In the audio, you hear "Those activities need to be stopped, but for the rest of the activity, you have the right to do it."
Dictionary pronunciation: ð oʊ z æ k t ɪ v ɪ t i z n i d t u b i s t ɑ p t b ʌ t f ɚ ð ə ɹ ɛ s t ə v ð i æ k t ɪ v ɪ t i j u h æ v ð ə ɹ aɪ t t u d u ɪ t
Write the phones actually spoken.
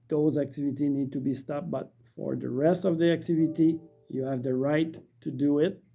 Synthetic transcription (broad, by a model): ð oʊ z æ k t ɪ v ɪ t i n i d t u b i s t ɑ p b ʌ t f ɚ ð ə ɹ ɛ s t ə v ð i æ k t ɪ v ɪ t i j u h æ v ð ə ɹ aɪ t t u d u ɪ t